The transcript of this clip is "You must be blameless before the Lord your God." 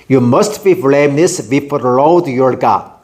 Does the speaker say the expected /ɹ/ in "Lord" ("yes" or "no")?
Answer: no